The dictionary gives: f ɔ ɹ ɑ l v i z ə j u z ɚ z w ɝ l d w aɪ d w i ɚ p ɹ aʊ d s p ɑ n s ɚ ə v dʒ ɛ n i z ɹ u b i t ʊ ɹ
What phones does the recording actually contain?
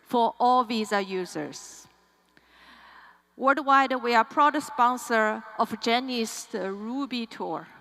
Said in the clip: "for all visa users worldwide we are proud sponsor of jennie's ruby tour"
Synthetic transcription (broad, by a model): f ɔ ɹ ɑ l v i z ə j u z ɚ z w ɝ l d w aɪ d w i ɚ p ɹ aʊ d s p ɑ n s ɚ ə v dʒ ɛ n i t ɹ u b i t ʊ ɹ